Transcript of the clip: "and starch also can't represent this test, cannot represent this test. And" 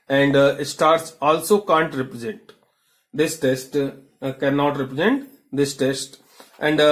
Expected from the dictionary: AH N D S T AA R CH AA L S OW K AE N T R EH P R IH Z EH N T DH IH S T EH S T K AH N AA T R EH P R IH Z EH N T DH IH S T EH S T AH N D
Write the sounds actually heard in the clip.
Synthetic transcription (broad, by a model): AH N D S T AA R S AA L S OW K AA N T R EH P R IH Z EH N T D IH S T EH S T K AH N AA T R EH P R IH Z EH N T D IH S T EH S T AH N D